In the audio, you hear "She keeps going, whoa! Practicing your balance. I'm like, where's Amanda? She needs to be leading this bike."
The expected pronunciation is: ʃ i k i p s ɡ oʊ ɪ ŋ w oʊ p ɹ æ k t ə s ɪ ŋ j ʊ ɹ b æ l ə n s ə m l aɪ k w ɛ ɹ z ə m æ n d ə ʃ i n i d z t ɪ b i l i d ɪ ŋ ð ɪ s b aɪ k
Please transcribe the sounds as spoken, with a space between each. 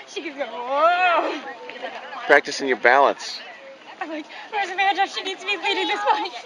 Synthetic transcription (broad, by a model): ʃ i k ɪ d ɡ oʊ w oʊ p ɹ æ k t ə s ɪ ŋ j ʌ ɹ b æ l ə n s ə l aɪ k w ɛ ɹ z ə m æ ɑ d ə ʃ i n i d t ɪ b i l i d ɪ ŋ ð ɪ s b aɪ